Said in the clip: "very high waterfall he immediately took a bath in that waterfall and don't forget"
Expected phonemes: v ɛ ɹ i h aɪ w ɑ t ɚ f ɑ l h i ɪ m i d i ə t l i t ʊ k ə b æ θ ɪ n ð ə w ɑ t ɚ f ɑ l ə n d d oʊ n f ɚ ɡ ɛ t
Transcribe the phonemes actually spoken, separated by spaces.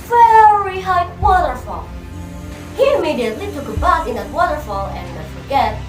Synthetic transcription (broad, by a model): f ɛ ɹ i h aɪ w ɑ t ɚ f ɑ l h i ɪ m i d i ə t l i t ʊ k ə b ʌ s ɪ n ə w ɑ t ɚ f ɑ l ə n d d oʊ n f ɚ ɡ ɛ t